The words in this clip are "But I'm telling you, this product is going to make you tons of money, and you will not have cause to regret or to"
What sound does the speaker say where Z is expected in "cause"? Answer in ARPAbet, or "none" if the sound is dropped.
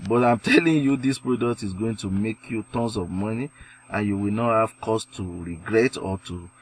S